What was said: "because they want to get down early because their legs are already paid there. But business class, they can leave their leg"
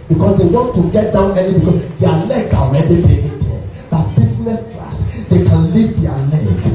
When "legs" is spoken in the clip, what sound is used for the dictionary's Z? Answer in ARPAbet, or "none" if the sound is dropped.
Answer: S